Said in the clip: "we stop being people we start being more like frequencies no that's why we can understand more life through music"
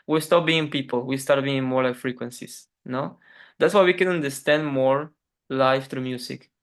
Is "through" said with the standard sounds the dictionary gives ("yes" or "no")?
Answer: no